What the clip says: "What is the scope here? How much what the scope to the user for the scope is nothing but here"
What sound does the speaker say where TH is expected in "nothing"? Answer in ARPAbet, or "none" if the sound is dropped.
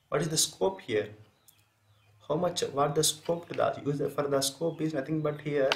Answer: T